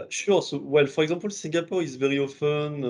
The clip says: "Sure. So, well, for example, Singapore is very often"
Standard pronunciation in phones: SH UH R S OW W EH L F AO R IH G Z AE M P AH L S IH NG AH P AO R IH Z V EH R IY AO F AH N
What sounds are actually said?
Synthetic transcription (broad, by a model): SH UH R S OW W EH L F AO R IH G Z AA P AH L S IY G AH P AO R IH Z V EH R IY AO F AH N